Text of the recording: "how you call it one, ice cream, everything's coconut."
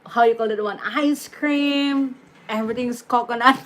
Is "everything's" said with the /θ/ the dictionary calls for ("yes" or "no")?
no